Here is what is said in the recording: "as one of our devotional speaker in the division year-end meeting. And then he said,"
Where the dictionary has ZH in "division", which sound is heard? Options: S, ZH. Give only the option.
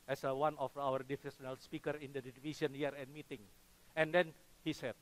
S